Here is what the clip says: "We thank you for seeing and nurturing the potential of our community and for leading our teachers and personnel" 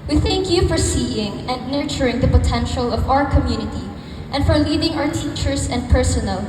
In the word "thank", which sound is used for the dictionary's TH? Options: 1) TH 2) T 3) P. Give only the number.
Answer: 1